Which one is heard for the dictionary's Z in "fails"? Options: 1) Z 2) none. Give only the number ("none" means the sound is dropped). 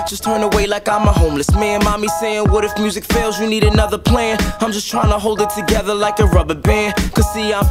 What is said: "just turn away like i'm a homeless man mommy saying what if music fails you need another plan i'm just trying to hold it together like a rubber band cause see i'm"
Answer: 1